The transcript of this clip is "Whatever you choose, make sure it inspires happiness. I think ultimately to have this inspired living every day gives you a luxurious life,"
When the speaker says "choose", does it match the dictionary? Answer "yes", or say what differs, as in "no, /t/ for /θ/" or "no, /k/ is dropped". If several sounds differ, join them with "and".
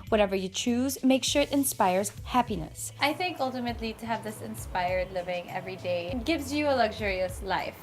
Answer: yes